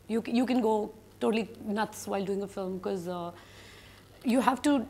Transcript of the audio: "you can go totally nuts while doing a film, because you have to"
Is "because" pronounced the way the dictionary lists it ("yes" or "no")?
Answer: no